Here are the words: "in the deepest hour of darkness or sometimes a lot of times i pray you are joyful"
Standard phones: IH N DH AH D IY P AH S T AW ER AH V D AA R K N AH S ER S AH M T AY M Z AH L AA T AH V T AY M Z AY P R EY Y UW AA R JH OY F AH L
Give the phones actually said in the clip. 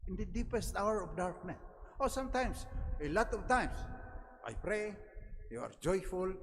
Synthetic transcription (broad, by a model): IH N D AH D IY P AH S T AW ER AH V D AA R K N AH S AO S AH M T AY M S AH L AA T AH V T AY M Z AY P R EY Y UW AA R JH OY F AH L